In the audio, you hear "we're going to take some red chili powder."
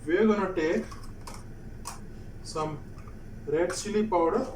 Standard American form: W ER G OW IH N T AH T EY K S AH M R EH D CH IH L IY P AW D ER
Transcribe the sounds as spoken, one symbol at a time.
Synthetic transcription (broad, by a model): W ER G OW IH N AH T EY K S AH M R EH D S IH L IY P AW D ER